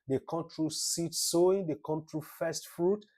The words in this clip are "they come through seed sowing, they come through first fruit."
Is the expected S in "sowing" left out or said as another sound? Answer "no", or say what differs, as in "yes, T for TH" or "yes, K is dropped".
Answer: no